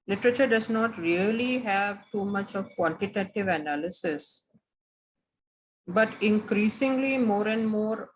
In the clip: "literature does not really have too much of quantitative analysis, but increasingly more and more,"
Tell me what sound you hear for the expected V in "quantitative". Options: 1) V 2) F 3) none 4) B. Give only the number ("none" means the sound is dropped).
1